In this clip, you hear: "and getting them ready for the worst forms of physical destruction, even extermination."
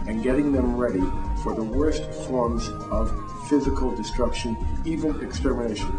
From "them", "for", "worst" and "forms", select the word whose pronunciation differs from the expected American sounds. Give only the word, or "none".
none